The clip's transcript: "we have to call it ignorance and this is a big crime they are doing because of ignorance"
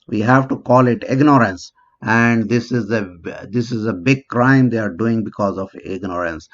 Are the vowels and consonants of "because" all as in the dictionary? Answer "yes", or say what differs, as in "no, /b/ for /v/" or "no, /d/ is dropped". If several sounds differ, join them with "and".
yes